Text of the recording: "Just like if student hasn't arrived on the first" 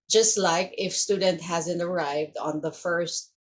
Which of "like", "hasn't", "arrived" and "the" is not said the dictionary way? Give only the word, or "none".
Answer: none